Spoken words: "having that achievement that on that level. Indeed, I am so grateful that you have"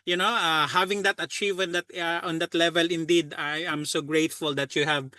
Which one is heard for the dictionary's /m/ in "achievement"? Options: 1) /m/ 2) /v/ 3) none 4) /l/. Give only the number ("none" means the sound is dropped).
3